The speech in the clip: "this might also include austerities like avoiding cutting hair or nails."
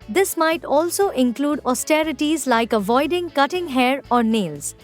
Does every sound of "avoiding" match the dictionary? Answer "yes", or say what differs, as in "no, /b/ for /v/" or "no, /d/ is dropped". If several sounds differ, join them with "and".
yes